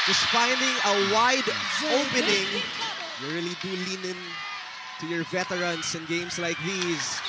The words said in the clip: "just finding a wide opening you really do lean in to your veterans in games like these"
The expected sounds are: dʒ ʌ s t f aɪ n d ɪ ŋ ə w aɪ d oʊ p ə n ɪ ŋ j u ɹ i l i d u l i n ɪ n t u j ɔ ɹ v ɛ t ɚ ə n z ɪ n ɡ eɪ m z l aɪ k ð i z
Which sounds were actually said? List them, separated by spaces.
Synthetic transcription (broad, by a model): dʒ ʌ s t f aɪ n d ɪ ŋ ə w aɪ d oʊ p ə n ɪ ŋ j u ɹ i l i d u l i n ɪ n t u j ɔ ɹ v ɛ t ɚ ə n s ɪ n ɡ eɪ m s l aɪ k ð i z